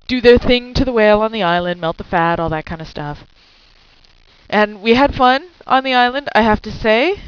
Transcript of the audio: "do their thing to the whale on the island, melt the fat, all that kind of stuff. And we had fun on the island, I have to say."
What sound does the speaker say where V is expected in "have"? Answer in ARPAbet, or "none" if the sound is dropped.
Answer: F